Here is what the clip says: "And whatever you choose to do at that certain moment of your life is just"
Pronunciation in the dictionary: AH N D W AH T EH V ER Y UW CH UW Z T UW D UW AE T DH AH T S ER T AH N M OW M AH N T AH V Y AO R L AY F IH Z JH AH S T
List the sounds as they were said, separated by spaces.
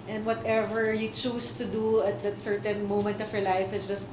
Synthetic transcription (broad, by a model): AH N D W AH T EH V ER Y UW CH UW S T UW D UW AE T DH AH T S ER T AH N M OW M AH N T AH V Y AO R L AY F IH S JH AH S T